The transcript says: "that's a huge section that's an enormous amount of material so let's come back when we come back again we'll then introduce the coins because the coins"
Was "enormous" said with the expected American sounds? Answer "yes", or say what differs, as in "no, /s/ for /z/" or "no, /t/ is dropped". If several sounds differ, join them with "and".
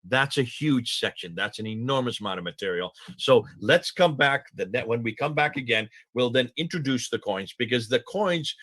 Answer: yes